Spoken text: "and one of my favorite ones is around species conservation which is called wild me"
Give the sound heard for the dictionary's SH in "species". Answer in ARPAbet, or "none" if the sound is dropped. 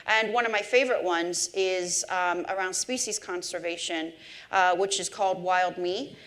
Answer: SH